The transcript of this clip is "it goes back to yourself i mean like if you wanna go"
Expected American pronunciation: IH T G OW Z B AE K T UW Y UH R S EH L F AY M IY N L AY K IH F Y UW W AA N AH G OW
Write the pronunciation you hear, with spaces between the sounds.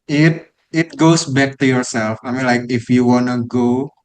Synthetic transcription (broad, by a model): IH T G OW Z B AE K T UW Y UH R S EH L F AY M IY N L AY K IH F Y UW W AA N AH G OW